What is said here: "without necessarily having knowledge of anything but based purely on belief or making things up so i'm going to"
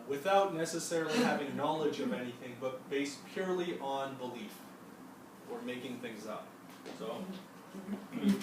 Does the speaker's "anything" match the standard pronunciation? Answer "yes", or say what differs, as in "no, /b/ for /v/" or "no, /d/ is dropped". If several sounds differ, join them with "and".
yes